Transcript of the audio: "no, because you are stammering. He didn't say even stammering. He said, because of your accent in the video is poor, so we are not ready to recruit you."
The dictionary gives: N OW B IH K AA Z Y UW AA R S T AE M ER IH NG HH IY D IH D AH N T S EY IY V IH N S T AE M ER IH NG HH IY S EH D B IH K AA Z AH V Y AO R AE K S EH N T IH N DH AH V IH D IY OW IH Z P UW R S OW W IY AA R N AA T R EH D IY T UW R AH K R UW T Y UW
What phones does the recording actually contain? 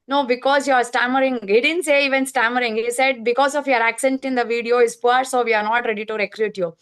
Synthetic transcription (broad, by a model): N OW B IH K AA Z Y UW AA R S T AE M ER IH NG HH IY D IH D AH N T S EY IY V IH N S T AE M ER IH NG HH IY S EH D B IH K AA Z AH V Y AO R AE K S EH N T IH N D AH V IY D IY OW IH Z P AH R S OW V IY AA R N AA T R EH D IY T UW R AH K R UW T Y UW